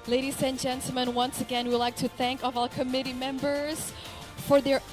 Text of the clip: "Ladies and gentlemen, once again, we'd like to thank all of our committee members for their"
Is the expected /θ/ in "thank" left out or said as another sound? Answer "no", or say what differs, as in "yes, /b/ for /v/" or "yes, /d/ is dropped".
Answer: no